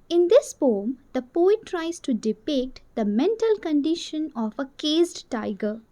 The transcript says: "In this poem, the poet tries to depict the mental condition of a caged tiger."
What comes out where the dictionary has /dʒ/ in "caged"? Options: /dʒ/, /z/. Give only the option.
/z/